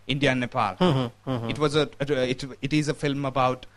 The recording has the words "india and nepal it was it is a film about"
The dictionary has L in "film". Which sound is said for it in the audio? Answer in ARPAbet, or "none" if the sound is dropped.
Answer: L